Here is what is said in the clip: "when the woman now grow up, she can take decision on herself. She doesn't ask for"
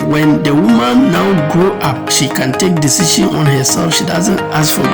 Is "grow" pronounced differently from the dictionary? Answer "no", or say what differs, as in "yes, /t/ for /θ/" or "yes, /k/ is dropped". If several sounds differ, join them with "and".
yes, /ɹ/ is dropped